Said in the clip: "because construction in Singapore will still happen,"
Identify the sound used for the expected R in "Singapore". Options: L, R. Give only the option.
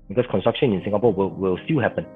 L